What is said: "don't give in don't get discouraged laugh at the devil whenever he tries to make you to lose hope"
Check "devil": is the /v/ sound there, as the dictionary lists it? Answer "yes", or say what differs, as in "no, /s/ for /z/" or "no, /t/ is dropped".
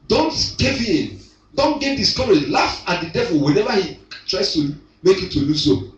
yes